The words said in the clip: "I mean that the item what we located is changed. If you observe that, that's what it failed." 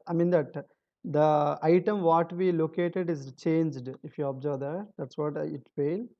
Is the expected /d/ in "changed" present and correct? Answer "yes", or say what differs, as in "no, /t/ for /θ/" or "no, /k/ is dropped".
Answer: yes